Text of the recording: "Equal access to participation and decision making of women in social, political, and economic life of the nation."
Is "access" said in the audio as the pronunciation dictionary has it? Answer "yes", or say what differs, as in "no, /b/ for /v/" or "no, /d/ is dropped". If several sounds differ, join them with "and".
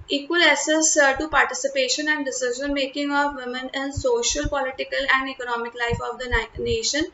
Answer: no, /k/ is dropped